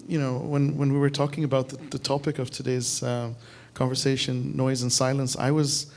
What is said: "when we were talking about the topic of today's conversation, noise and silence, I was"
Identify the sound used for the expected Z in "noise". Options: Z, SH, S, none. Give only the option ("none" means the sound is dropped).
Z